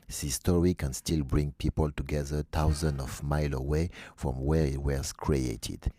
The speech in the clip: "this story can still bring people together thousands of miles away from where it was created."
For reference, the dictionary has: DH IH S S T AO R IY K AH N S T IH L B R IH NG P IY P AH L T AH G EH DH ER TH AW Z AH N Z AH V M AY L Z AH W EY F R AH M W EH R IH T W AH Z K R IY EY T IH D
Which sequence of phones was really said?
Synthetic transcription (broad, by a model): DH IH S S T AO R IY K AH N S T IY L B R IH NG P IY P AH L T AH G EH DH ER T AW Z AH N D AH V M AY L AH W EY F R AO M W EH R IH T W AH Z K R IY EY T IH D